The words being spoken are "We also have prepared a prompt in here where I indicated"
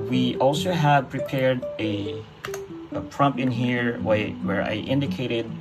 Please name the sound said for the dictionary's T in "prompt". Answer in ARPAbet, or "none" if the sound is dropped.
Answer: none